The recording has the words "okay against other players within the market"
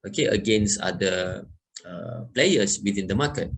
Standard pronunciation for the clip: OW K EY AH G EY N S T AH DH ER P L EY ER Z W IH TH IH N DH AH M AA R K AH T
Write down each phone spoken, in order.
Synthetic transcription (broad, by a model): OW K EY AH G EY N S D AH ER P L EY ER S W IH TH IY N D AH M AA K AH T